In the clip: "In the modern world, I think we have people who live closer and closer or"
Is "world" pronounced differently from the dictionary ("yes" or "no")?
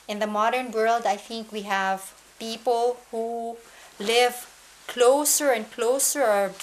no